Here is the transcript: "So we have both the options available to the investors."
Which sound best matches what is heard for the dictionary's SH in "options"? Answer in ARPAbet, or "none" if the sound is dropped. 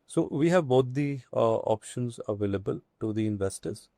SH